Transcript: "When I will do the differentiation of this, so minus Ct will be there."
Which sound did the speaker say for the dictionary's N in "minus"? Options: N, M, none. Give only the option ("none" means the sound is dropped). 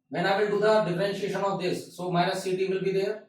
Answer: none